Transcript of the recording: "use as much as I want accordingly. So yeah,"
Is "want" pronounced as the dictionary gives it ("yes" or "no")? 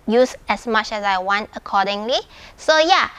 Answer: yes